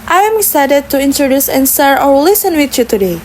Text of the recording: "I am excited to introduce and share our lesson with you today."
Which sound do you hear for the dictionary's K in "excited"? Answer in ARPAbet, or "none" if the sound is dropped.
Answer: none